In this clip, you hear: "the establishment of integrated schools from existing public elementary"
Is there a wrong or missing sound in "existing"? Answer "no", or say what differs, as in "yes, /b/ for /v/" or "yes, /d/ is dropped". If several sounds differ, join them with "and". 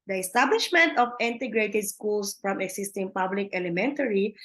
yes, /s/ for /z/